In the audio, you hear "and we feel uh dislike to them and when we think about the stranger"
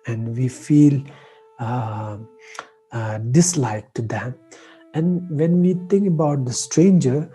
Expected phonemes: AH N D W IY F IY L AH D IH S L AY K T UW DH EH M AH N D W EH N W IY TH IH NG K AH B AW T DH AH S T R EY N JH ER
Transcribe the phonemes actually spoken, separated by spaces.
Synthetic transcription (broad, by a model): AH N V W IY F IY L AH D IH S L AY K T UW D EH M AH N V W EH N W IY T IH NG K AH B AW T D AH S T R EY N JH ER